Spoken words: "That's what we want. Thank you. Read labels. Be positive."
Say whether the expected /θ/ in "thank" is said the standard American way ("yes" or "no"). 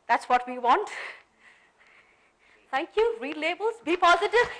no